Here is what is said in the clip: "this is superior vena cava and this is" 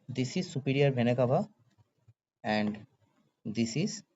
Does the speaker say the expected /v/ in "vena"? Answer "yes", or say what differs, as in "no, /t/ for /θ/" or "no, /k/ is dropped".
no, /b/ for /v/